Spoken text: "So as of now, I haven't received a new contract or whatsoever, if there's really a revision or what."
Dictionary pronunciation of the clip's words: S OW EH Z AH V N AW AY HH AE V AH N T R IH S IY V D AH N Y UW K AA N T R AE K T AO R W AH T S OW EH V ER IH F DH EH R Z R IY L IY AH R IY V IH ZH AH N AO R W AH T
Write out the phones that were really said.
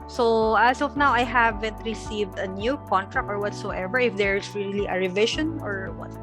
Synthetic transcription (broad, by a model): S OW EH S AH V N AW AY HH AE V AH N T R IH S IY V D AH N Y UW K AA N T R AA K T AO R W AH T S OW EH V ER IH F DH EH R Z R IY L IY AH R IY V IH SH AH N AO R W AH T